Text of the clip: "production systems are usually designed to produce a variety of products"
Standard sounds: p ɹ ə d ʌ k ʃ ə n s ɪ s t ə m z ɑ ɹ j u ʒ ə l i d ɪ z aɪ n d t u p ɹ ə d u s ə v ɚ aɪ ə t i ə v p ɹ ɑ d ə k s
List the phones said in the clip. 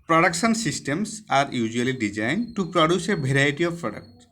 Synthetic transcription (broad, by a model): p ɹ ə d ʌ k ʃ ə n s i s t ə m s ɑ ɹ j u z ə l i d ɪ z aɪ n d t u p ɹ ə d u s ə b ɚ aɪ t i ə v p ɹ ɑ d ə k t